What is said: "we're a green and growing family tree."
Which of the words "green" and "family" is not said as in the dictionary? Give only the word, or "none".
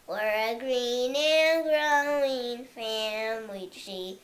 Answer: family